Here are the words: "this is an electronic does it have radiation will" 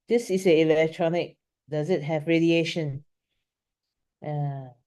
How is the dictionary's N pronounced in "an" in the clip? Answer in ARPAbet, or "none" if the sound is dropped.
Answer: L